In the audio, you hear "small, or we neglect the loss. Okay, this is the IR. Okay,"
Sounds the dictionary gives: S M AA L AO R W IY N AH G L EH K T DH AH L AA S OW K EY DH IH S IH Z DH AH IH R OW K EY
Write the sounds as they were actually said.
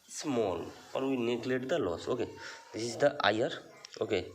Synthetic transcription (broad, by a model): S M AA L AO R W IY N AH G L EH T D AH L AA S OW K EY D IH S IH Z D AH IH R OW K EY